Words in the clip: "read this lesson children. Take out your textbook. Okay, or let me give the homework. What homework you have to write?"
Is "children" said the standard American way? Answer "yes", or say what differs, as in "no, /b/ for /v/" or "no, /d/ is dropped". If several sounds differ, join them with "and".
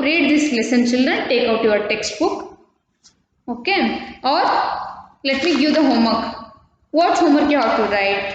yes